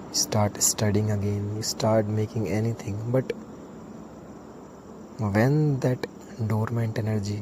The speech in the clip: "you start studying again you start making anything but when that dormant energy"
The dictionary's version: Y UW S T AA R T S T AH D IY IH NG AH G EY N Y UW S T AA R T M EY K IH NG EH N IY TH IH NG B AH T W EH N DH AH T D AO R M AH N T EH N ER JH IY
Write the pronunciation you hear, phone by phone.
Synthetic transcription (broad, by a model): S T AA R T S T AH D IY IH NG AH G EY N Y UW S T AA R T M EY K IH NG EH N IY T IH NG B AH T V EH N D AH T D AO R M AH N T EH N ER JH IY